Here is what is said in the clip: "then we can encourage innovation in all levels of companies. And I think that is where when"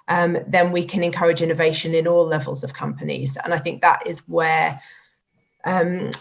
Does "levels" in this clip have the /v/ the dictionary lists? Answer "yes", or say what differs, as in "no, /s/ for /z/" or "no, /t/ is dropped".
yes